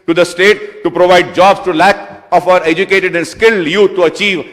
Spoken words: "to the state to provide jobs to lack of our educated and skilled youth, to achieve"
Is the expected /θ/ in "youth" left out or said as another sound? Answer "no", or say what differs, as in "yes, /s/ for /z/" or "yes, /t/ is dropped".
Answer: yes, /t/ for /θ/